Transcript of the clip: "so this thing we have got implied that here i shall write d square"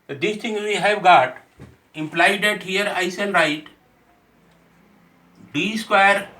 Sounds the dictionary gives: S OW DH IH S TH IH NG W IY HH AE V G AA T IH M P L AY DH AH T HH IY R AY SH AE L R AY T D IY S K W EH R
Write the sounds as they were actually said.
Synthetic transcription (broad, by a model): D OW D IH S T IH NG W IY HH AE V G AA T IH M P L AY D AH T HH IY R AY S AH N R AY T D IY S K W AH R